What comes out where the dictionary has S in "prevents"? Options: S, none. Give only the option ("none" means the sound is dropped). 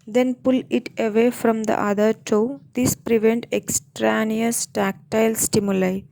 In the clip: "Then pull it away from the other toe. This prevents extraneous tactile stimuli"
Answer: none